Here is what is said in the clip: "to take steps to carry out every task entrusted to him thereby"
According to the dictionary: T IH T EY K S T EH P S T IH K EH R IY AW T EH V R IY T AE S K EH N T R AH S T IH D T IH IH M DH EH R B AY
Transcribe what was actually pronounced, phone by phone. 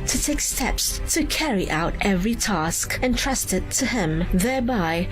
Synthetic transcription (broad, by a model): T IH T EY K S T EH P S T IH K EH R IY AW T EH V R IY T AE S K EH N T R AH S T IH T IH IH M DH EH R B AY